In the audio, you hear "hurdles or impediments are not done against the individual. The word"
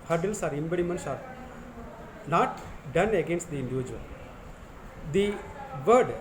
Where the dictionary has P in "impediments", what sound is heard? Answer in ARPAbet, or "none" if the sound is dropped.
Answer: B